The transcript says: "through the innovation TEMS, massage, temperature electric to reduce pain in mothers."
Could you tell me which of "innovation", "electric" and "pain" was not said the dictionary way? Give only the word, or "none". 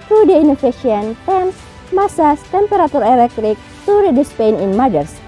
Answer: innovation